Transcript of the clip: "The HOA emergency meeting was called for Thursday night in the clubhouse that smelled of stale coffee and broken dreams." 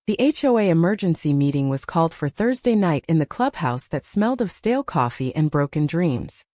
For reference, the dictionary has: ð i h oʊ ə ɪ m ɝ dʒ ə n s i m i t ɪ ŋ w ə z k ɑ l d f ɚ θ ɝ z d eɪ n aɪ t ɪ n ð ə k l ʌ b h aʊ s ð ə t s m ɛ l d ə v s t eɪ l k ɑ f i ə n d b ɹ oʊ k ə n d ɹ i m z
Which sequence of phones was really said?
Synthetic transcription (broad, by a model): ð i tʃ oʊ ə ɪ m ɝ dʒ ə n s i m i t ɪ ŋ w ə z k ɑ l d f ɚ θ ɝ z d eɪ n aɪ t ɪ n ð ə k l ʌ b h aʊ s ð ə t s m ɛ l d ə v s t eɪ l k ɑ f i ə n b ɹ oʊ k ə n d ɹ i m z